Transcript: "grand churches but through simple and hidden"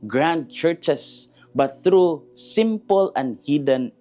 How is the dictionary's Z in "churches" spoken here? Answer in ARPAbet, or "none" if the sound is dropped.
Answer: S